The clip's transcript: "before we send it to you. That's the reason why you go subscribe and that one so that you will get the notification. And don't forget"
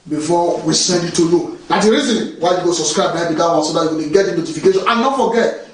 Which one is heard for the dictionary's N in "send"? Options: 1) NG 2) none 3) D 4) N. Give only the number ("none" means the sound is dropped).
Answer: 4